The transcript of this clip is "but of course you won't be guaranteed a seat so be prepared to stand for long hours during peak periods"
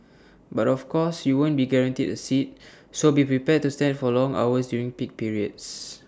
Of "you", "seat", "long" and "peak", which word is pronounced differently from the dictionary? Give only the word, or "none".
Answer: none